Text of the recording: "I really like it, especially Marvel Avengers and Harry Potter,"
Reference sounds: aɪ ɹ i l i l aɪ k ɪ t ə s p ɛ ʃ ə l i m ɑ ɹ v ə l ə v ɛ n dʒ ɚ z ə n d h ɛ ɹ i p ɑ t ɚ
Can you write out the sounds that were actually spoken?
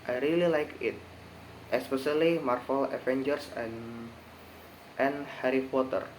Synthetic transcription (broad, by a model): aɪ ɹ i l i l aɪ k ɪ t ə s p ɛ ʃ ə l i m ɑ ɹ f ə l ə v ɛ n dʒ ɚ s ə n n h ɛ ɹ i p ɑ t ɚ